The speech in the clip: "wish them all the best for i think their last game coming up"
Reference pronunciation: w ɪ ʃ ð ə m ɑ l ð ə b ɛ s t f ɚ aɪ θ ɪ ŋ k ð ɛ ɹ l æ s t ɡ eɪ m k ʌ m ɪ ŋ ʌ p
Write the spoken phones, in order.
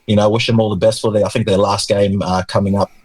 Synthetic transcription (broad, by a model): w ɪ ʃ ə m ɑ l ð ə b ɛ s t f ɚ aɪ θ ɪ ŋ k ð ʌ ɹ l æ s t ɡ eɪ m k ʌ m ɪ ŋ ʌ p